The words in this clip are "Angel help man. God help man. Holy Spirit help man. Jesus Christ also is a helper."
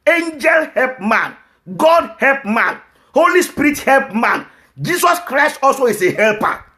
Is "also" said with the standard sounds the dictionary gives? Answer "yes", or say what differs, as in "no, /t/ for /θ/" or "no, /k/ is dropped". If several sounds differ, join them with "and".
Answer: yes